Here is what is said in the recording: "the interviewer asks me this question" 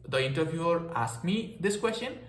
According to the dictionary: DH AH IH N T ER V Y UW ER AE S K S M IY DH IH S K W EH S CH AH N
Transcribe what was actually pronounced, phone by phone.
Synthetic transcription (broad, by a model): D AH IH N T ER B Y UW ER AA S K M IY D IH S K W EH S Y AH N